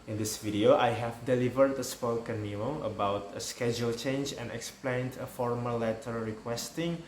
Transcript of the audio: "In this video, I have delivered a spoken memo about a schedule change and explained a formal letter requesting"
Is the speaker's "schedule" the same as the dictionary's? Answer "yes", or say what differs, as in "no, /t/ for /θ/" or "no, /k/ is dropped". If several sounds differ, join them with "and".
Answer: yes